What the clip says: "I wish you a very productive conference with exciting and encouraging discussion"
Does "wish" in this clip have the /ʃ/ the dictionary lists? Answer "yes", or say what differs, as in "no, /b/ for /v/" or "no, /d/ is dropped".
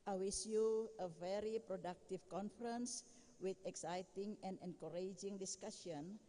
no, /s/ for /ʃ/